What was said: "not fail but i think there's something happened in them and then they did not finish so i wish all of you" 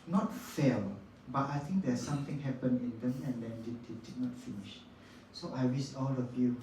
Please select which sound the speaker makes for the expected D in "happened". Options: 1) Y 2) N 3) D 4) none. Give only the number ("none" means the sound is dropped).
4